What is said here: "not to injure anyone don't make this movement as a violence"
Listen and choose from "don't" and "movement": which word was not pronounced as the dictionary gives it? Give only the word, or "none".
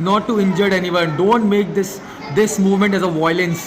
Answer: none